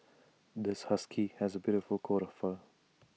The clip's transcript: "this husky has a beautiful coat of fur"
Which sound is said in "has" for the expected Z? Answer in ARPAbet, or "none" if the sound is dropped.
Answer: Z